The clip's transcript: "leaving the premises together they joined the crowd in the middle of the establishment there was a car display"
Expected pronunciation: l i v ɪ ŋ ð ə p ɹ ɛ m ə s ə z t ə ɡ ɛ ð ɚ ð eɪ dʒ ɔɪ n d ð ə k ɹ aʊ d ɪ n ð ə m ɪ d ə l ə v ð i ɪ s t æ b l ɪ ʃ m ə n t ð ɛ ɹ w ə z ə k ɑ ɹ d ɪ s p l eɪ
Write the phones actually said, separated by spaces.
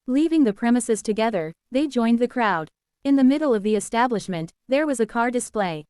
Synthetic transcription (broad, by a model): l i v ɪ ŋ ð ə p ɹ ɛ m ə s ə z t ə ɡ ɛ ð ɚ ð eɪ dʒ ɔɪ n ð ə k ɹ aʊ d ɪ n ð ə m ɪ d l ə v ð i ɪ s t æ b l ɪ ʃ m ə n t ð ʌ ɹ w ə z ə k ɑ ɹ d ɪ s p l eɪ